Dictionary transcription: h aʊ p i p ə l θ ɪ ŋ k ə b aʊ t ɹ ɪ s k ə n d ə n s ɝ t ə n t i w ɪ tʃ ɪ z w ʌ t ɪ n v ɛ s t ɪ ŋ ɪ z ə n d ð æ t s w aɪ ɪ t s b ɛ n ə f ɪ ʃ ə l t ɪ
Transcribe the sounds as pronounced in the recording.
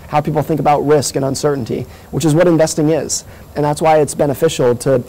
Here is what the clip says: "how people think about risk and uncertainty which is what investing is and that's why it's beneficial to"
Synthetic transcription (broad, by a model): h aʊ p i p l θ ɪ ŋ k ə b aʊ t ɹ ɪ s k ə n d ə n s ɝ t n t i w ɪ tʃ ɪ z w ʌ t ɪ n v ɛ s t ɪ ŋ ɪ z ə n ð æ t s w aɪ ɪ t s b ɛ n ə f ɪ ʃ l t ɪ